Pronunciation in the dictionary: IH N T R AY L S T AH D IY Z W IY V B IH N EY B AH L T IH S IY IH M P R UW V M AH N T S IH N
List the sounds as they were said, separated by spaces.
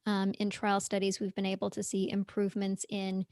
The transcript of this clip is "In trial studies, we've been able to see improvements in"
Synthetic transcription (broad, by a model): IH N T R AY L S T AH D IY Z W IY V B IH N EY B L T IH S IY IH M P R UW V M AH N T S IH N